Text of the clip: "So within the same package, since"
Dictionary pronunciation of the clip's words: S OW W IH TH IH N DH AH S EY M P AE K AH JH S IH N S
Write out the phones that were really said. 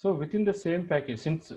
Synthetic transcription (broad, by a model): S OW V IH T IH N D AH S EY M P AE K AH JH S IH N S